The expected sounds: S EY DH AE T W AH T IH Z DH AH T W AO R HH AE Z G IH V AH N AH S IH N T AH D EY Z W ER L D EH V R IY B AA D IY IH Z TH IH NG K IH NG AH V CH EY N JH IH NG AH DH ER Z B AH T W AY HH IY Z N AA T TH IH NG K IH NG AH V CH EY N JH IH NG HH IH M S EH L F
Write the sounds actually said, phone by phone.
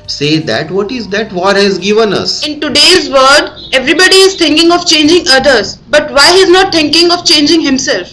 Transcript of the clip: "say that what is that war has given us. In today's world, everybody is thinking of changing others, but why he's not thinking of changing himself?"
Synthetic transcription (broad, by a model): S EY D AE T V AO T IH Z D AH T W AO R HH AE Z G IH V AH N AH S IH N T AH D EY Z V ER D EH V R IY B AA D IY IH Z T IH NG K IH NG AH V CH EY N JH IH NG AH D ER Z B AH T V AY HH IY Z N AA T T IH NG K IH NG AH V CH EY N JH IH NG HH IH M S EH L F